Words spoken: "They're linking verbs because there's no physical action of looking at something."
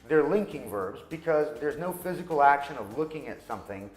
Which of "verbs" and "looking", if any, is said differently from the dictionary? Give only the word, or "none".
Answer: none